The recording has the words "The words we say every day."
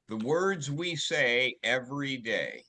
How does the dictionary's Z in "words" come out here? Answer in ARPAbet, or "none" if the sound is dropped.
Z